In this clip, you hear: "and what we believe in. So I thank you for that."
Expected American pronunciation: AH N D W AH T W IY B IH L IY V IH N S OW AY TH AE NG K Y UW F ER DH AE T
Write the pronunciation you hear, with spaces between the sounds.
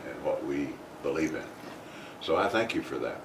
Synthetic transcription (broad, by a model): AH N W AH T W IY B IH L IY V IH N S OW AY TH AE NG K Y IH F ER DH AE T